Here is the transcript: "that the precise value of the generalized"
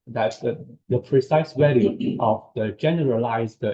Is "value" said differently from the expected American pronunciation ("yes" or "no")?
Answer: yes